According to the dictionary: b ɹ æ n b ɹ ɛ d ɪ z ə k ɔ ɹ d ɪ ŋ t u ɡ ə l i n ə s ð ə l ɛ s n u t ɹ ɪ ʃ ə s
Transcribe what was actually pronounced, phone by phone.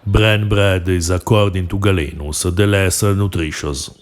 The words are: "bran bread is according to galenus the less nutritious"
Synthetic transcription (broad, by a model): b ɹ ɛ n b ɹ ɛ d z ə k ɔ ɹ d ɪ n t u ɡ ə l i n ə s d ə l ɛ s n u t ɹ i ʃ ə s